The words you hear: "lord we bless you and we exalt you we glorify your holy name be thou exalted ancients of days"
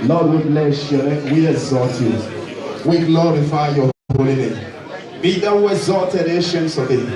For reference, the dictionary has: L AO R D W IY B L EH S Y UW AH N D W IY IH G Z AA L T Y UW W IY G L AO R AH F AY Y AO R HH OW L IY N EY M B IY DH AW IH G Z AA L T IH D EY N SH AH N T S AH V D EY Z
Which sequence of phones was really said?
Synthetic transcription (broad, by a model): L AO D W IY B L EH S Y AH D W IY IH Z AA T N W IY G L AO R AH F AY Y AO HH OW L IY N EY M B IY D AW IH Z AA T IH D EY SH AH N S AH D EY